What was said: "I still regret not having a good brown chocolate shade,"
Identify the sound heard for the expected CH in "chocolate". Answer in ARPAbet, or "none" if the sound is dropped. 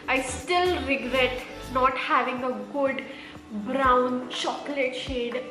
SH